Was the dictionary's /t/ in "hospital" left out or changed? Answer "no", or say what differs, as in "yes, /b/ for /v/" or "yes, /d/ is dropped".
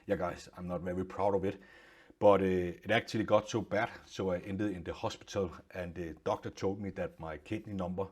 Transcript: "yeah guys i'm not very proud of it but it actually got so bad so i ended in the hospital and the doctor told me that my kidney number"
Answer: yes, /s/ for /t/